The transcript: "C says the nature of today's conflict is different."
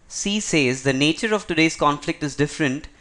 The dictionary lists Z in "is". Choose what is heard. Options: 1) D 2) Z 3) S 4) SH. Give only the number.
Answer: 2